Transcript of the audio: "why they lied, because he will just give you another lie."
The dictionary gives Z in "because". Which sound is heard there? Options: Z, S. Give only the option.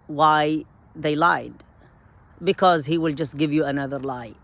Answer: Z